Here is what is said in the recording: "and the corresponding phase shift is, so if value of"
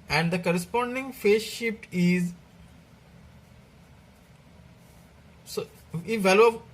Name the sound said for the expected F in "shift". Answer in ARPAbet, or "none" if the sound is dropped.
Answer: P